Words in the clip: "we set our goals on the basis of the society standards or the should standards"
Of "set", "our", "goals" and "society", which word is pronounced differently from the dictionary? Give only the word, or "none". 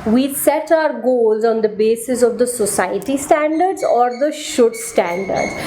none